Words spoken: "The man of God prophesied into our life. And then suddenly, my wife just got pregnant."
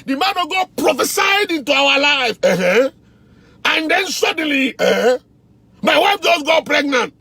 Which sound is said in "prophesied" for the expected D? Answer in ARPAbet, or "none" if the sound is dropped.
D